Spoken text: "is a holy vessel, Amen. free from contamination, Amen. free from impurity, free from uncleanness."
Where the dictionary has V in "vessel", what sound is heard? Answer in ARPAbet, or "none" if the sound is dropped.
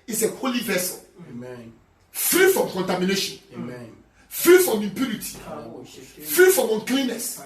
V